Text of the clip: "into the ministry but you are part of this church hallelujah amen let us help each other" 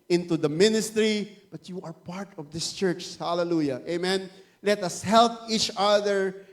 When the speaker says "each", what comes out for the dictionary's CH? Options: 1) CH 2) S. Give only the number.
1